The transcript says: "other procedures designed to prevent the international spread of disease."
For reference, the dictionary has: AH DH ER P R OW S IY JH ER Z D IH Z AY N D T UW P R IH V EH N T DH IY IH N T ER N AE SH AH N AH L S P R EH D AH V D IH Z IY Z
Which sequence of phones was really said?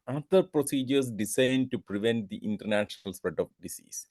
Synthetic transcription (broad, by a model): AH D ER P R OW S IY JH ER S D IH S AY N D T UW P R IH V EH N T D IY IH N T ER N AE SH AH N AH L S P R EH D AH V D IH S IY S